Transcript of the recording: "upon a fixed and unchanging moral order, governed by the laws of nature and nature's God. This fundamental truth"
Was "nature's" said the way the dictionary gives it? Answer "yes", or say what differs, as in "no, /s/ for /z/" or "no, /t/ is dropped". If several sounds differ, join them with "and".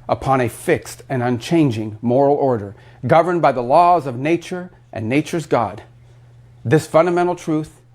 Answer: yes